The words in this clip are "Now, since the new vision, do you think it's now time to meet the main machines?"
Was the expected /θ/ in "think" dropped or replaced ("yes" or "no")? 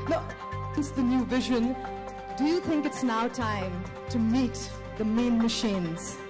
no